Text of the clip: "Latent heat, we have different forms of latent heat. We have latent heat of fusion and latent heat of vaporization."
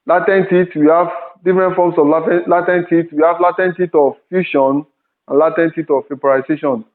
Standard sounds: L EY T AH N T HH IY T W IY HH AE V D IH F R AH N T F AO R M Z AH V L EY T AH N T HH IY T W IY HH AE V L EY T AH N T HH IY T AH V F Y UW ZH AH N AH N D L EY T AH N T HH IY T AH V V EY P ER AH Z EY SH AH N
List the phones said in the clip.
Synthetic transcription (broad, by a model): L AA T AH N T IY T W IY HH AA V D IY F R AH N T F AO M S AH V L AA T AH N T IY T W IY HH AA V L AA T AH N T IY T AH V F Y UW SH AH N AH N L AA T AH N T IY T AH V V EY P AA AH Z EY SH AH N